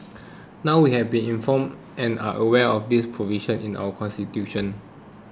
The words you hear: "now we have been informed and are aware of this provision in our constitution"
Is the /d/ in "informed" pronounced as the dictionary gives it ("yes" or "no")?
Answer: no